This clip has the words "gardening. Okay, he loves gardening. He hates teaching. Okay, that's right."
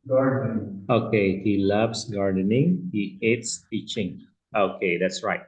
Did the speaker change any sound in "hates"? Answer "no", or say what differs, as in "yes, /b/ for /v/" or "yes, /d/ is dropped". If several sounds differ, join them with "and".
no